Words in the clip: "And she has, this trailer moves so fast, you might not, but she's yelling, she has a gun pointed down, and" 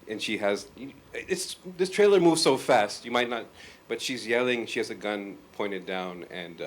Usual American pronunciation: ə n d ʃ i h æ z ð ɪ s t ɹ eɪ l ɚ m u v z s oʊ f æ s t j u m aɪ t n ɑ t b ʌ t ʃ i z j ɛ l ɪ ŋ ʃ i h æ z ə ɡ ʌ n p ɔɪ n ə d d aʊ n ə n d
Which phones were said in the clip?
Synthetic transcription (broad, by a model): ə n ʃ i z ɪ s ð ɪ s t ɹ eɪ l ɚ m u v z s oʊ f æ s t j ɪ m aɪ t n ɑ t b ʌ t ʃ i z j ɛ l ɪ ŋ ʃ i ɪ z ə ɡ ʌ n p ɔɪ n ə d d aʊ n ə n